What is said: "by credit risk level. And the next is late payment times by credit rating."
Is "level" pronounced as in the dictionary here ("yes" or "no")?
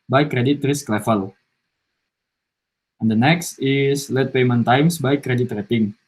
no